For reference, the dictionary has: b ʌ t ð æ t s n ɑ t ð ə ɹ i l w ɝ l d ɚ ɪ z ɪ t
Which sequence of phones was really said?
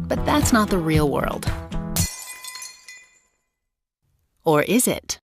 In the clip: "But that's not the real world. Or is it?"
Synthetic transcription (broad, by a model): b ʌ t ð æ t s n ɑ t ð ə ɹ i l w ɝ l d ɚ ɪ z ɪ t